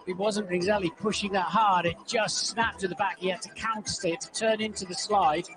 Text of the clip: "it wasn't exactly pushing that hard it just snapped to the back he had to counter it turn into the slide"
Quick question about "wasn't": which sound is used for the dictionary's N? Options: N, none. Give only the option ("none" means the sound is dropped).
N